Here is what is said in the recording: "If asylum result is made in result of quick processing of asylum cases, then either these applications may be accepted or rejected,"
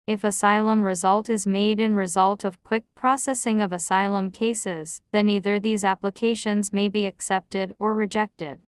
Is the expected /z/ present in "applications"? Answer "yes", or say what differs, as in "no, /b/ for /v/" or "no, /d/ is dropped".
yes